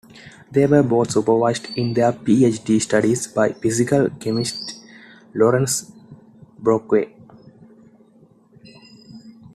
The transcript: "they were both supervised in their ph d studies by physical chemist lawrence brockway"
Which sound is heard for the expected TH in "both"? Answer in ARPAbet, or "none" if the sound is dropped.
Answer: T